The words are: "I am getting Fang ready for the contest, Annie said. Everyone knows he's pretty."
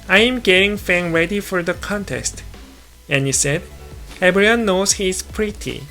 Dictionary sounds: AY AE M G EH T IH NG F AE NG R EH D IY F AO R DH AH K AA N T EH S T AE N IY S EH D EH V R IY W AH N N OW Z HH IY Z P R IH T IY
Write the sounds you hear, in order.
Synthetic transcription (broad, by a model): AY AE M G EH T IH NG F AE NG R EH D IY F AO R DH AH K AA N T EH S T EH N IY S EH D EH B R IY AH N N OW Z HH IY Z P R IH T IY